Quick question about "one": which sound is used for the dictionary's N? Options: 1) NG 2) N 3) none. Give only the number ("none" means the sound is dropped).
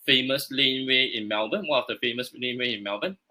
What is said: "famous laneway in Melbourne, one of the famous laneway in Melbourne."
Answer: 3